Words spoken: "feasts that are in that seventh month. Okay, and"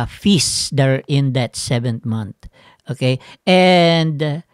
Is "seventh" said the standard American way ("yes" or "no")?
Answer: no